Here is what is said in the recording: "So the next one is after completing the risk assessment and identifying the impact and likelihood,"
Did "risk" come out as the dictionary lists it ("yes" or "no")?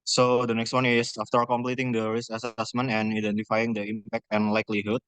no